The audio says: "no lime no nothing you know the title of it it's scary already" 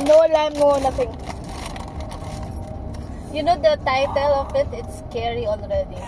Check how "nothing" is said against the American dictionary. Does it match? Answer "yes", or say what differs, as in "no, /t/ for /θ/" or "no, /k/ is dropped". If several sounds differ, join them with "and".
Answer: no, /t/ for /θ/